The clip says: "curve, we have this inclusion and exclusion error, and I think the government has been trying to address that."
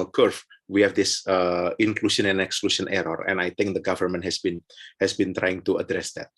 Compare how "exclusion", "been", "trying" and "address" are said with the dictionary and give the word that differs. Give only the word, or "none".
exclusion